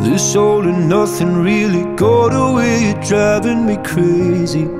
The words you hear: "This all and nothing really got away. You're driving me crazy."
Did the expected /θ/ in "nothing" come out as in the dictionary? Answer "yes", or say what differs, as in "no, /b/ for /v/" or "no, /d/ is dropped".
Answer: yes